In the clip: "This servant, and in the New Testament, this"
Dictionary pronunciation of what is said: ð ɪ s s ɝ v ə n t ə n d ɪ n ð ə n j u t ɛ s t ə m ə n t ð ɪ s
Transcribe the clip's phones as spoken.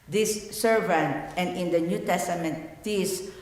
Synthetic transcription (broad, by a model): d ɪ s s ɝ v ə n t ə n d ɪ n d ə n j u t ɛ s t ə m ə n t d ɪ s